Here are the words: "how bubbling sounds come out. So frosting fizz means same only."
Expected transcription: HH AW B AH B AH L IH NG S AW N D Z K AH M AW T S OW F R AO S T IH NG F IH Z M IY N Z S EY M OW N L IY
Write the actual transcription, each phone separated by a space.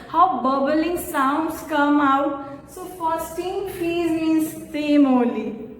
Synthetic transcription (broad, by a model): HH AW B AH B AH L IH NG S AW N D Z K AH M AW T S OW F AO S T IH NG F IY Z M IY N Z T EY M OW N L IY